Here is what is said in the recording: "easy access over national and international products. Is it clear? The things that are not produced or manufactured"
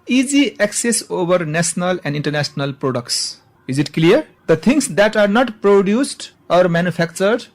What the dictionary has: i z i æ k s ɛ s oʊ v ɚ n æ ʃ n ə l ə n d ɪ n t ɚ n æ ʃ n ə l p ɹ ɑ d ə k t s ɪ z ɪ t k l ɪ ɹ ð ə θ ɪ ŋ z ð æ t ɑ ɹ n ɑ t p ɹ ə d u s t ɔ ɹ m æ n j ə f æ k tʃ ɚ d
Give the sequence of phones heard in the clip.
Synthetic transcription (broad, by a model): i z i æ k s ɛ s oʊ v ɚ n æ s n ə l ə n d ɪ n t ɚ n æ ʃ n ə l p ɹ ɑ d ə k t s ɪ z ɪ t k l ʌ ɹ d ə t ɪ ŋ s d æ t ɑ ɹ n ɑ t p ɹ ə d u s t ɔ ɹ m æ n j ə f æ k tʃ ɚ d